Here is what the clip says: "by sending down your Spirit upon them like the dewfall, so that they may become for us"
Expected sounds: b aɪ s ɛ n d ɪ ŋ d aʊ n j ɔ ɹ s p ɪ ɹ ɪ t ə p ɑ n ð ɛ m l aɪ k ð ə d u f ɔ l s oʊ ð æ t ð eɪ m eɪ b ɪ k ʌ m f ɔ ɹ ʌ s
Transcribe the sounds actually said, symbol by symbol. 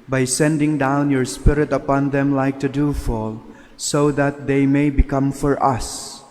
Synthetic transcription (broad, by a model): b aɪ s ɛ n d ɪ ŋ d aʊ n j ɔ ɹ s p ɪ ɹ ɪ t ə p ɑ n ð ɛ m l aɪ k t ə d u f ɔ l s oʊ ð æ t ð eɪ m eɪ b ɪ k ʌ m f ɔ ɹ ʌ s